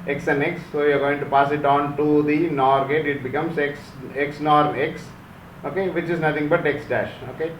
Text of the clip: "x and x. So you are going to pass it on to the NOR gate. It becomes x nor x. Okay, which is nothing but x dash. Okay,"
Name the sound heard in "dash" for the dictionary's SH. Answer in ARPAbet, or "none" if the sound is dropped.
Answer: SH